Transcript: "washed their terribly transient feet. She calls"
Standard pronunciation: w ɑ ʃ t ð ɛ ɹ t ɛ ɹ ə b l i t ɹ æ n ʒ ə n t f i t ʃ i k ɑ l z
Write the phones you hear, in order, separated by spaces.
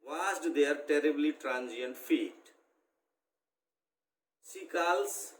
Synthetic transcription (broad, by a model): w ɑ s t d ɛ ɹ t ɛ ɹ ə b l i t ɹ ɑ n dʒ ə n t f i t s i k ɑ l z